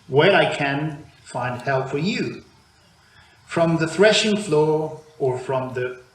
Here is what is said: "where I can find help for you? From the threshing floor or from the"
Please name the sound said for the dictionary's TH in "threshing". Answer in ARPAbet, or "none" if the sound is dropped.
TH